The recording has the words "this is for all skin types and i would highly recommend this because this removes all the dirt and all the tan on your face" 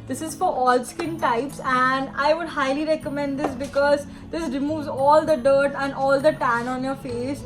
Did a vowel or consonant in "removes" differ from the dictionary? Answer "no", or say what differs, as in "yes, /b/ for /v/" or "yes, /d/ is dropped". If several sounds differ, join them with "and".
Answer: no